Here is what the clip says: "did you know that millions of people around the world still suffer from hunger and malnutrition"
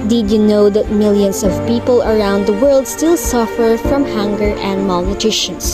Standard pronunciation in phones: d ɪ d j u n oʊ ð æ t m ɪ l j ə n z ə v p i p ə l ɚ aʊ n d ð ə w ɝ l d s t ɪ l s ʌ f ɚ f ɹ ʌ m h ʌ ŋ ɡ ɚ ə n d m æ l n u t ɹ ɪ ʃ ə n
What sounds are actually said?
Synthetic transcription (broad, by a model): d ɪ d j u n oʊ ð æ t m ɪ l j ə n s ə v p i p ə l ɚ aʊ n d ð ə w ɝ l d s t ɪ l s ʌ f ɚ f ɹ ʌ m h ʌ ŋ ɡ ɚ ə n d m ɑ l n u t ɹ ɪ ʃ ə n